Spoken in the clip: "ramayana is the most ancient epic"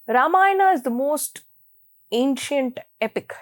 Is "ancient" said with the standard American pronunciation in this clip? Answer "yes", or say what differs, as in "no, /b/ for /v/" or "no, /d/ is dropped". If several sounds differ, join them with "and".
yes